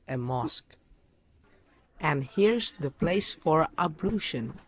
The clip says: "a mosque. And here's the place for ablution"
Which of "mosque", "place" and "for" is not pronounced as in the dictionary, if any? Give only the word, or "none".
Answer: none